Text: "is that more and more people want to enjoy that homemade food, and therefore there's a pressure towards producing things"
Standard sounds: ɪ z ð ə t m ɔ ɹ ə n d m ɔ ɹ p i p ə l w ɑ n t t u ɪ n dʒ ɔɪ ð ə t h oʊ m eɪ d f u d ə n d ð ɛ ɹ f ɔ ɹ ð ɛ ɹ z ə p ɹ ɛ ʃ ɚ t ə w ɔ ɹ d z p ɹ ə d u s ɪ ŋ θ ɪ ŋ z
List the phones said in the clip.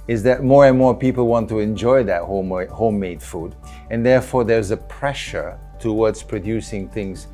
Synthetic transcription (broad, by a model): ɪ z ð ə t m ɔ ɹ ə n m ɔ ɹ p i p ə l w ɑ n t t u ɪ n dʒ ɔɪ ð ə t h oʊ m eɪ d f u d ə n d ð ɛ ɹ f ɔ ɹ ð ɛ ɹ z ə p ɹ ɛ ʃ ɚ t ə w ɔ ɹ d z p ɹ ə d u s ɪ ŋ θ ɪ ŋ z